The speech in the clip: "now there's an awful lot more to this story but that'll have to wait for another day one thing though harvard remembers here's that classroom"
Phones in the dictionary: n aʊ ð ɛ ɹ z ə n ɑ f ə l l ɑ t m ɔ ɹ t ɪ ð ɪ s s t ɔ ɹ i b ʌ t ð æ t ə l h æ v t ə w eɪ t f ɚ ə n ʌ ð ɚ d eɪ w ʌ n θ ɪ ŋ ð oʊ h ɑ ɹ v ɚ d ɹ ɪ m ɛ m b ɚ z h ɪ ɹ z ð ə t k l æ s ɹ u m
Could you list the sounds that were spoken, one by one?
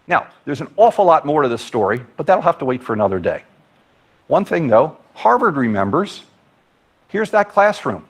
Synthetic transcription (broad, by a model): n aʊ ð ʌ ɹ z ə n ɑ f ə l l ɑ t m ɔ ɹ t ɪ ð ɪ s s t ɔ ɹ i b ʌ t ð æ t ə l h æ f t ə w eɪ t f ɚ ə n ʌ ð ɚ d eɪ w ʌ n θ ɪ ŋ ð oʊ h ɑ ɹ v ɚ d ɹ ɪ m ɛ m b ɚ z h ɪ ɹ z ð ə t k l æ s ɹ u m